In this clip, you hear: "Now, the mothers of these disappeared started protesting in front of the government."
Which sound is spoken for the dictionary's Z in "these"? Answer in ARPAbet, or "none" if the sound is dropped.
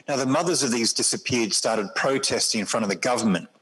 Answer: Z